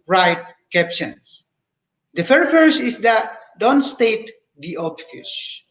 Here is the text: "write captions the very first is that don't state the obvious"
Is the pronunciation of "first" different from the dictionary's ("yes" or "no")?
yes